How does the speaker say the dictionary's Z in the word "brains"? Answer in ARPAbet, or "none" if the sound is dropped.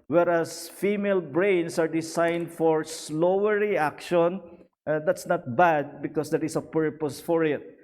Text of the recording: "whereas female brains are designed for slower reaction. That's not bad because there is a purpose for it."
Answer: S